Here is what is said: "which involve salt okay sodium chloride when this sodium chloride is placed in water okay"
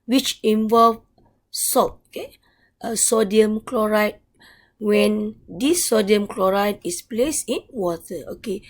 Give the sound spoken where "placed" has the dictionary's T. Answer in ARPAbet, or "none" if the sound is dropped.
none